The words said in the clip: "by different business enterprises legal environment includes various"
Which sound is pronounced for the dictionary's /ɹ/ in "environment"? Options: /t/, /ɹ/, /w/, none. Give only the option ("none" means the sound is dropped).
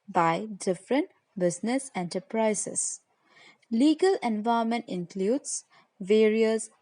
none